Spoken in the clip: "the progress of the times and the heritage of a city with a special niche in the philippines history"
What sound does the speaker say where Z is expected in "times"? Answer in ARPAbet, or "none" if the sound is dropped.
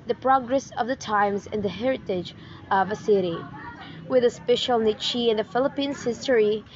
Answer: Z